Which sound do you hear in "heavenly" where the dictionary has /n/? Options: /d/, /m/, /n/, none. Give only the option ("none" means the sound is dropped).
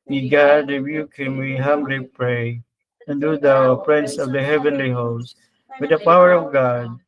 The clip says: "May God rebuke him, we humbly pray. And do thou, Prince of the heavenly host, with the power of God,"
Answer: /n/